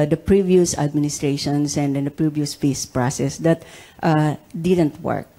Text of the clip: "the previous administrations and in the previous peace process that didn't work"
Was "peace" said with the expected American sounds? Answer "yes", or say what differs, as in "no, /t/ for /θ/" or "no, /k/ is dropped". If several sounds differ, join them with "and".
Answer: no, /f/ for /p/